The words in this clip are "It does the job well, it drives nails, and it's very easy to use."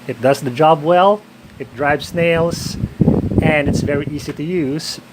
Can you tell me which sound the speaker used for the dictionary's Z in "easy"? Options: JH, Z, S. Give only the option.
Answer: Z